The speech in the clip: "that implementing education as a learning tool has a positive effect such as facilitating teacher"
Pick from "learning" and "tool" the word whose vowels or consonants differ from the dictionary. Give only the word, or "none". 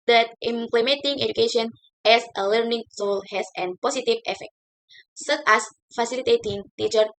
tool